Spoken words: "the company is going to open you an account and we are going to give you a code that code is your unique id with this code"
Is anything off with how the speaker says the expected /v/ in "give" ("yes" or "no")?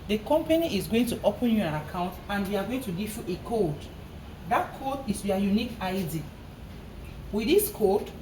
yes